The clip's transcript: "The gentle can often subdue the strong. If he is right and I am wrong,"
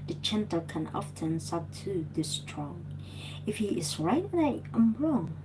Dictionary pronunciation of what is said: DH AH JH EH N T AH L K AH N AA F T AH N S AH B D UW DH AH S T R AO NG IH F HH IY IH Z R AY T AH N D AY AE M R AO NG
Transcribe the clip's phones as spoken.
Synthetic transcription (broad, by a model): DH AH CH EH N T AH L K AH N AA F T AH N S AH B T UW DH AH S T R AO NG IH F HH IY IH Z R AY T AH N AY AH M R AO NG